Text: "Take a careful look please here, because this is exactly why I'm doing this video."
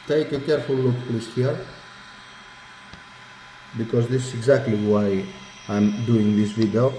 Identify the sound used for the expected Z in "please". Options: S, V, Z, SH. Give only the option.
S